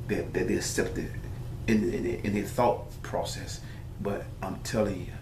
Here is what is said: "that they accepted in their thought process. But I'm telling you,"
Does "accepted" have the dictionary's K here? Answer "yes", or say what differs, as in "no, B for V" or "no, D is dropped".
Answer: no, K is dropped